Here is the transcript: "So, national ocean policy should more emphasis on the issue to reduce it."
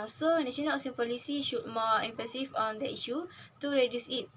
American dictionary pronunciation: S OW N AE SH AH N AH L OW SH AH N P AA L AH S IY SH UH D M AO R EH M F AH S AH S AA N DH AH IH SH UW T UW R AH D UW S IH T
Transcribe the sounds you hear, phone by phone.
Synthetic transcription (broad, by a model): S OW N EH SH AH N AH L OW S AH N P AA L AH S IY SH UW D M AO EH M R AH S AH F AA N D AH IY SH UW T UW R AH D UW S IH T